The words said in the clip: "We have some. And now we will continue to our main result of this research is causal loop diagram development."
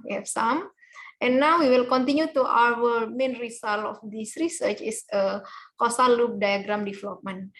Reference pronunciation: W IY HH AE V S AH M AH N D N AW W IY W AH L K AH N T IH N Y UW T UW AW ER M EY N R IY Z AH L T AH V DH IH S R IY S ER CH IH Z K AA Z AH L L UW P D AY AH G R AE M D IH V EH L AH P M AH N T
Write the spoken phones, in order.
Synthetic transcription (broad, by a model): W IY HH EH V S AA M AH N N AW W IY W AH L K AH N T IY N Y UW T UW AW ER M EY N R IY S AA L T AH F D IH S R IY S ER CH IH S K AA S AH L L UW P D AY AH G R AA M D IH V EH L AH P M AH N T